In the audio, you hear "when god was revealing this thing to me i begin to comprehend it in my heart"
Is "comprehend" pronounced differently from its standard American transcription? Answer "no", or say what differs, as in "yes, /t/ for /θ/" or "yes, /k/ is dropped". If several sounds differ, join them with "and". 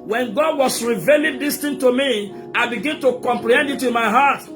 yes, /l/ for /ɹ/